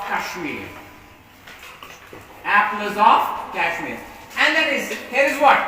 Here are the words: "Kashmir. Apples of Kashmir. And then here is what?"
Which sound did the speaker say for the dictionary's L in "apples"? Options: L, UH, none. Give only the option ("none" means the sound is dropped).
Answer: none